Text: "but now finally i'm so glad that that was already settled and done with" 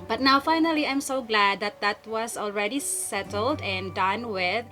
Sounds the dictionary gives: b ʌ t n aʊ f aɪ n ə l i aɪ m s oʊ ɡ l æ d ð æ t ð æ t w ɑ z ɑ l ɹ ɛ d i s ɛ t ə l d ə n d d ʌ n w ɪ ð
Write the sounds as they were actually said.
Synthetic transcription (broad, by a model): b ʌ t n aʊ f aɪ n ə l i aɪ m s oʊ ɡ l æ d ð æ t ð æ t w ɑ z ɑ l ɹ ɛ d i s ɛ t ə l d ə n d d ʌ n w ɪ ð